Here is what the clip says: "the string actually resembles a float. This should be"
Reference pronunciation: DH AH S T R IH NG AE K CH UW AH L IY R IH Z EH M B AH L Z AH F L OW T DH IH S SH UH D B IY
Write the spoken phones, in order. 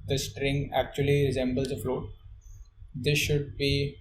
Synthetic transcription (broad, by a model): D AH S T R IH NG AE K CH UW AH L IY R IH Z EH M B AH L Z AH F L OW T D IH S SH UH D B IY